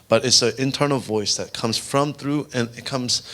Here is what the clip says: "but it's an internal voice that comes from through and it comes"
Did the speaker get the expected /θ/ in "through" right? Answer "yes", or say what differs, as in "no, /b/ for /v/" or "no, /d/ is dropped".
yes